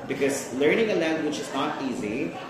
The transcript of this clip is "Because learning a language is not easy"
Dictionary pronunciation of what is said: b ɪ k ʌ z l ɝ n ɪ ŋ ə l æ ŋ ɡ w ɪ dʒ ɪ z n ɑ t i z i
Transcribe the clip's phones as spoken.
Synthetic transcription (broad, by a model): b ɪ k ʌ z l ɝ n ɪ ŋ ə l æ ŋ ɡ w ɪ tʃ ɪ z n ɑ t i z i